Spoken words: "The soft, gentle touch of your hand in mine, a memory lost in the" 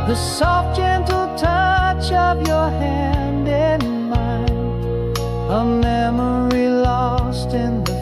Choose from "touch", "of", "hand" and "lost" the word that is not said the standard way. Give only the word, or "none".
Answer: of